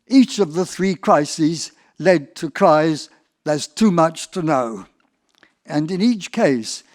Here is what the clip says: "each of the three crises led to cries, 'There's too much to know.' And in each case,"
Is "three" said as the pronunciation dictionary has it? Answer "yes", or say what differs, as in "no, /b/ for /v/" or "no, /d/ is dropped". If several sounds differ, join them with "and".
yes